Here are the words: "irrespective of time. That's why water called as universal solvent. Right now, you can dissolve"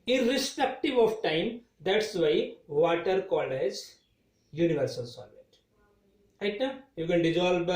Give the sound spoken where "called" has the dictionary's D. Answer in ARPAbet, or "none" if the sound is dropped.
none